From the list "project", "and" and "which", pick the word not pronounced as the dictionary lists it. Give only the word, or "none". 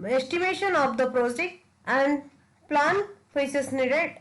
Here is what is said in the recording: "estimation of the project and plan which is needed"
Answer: which